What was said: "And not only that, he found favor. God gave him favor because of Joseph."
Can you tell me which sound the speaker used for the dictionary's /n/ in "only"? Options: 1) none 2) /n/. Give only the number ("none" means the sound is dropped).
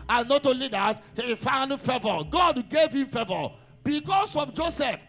1